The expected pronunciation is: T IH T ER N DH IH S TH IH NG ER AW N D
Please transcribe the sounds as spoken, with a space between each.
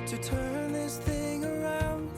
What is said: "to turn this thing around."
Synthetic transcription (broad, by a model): T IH T ER N DH IH S TH IH NG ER AW N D